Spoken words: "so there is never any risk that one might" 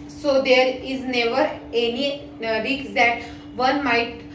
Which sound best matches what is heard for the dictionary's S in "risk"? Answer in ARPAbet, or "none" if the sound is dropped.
none